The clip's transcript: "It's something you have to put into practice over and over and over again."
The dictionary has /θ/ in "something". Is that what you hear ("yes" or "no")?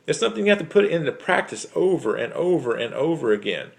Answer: yes